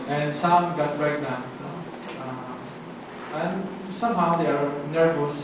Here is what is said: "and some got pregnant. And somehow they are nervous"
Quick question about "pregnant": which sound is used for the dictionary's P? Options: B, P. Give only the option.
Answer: B